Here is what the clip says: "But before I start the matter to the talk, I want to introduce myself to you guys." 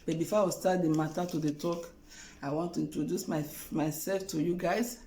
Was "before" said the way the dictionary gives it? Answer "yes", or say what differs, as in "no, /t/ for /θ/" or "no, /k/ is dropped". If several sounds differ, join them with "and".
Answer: no, /w/ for /ɹ/